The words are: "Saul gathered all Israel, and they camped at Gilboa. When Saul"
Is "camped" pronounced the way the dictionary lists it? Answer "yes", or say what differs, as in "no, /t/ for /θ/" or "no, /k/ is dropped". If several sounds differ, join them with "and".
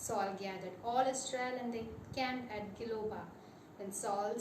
no, /t/ is dropped